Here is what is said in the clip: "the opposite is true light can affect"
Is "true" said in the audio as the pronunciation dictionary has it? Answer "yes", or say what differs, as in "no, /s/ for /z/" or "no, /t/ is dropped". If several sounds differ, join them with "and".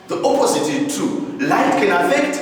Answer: no, /ɹ/ is dropped